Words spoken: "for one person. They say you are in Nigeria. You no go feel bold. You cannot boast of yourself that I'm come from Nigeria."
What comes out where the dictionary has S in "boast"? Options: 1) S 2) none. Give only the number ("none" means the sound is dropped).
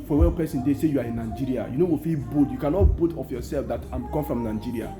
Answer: 2